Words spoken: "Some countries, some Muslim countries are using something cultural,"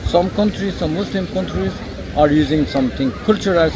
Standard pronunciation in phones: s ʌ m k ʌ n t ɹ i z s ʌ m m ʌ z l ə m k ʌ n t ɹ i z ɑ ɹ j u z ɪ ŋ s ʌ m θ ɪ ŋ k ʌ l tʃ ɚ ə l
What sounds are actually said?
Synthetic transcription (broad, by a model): s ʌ m k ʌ n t ɹ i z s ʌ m m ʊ s l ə m k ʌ n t ɹ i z ɑ ɹ j u z ɪ ŋ s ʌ m t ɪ ŋ k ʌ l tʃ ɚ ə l